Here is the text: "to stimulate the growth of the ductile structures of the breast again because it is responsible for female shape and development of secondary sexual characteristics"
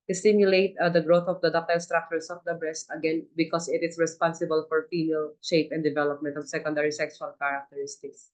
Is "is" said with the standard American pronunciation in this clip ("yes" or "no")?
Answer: no